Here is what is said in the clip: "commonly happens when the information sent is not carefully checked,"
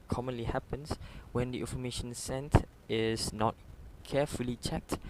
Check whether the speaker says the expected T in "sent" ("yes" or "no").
yes